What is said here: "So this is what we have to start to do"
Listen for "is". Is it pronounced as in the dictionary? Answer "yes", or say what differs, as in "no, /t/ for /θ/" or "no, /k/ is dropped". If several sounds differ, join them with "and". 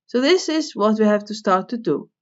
yes